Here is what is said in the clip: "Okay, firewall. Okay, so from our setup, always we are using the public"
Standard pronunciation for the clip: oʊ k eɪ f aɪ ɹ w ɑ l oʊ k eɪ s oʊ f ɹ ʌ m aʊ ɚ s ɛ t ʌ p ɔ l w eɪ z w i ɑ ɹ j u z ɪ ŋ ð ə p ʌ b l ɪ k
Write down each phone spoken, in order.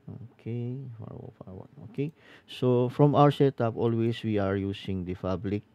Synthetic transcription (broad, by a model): oʊ k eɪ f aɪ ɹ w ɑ n oʊ k eɪ s oʊ f ɹ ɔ m aʊ ɚ s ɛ t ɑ p ɔ l w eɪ s w i ɑ ɹ j u s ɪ ŋ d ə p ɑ b l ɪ k